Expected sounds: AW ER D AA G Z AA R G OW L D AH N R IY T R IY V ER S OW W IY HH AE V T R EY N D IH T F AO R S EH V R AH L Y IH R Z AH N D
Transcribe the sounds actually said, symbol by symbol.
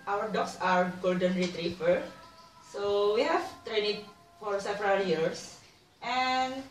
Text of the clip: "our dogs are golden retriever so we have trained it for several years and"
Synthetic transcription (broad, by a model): AW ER D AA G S AA R G OW L D AH N R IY T R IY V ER S OW W IY HH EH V T R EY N IH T F AO R S EH V R AH L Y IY R S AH N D